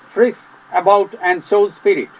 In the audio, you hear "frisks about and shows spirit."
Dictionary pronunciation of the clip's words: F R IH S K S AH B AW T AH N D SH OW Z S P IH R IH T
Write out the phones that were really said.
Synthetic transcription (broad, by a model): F R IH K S AH B AW T AH N D S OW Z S P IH R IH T